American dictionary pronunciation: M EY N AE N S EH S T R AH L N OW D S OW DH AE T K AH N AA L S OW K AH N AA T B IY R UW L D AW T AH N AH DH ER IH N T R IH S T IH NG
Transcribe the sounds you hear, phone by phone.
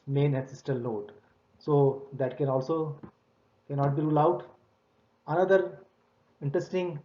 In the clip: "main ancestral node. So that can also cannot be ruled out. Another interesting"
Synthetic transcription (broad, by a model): M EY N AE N S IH S T AH L N OW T S OW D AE T K AH N AA L S OW K AH N AA T B IY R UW L AW T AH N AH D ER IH N T R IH S T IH NG